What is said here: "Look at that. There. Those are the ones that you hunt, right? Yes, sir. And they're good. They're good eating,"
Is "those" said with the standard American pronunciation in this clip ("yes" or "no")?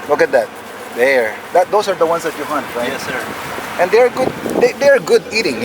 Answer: no